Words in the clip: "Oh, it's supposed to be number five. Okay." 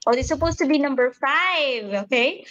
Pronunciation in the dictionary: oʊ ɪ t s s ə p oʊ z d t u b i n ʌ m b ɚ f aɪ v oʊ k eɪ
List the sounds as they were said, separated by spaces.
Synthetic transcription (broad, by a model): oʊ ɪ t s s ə p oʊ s t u b i n ʌ m b ɚ f aɪ v oʊ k eɪ